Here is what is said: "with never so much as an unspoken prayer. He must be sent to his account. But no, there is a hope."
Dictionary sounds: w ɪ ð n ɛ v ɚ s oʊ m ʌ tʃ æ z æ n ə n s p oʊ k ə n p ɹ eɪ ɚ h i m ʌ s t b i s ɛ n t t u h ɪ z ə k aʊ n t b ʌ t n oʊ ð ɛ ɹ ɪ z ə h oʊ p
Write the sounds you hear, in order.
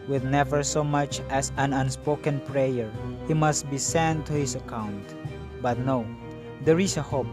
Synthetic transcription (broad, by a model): w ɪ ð n ɛ v ɚ s oʊ m ʌ tʃ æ s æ n ə n s p oʊ k ə n p ɹ eɪ ɚ h i m ʌ s t b i s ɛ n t t u h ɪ s ə k aʊ n t b ʌ t n oʊ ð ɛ ɹ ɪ s ə h oʊ p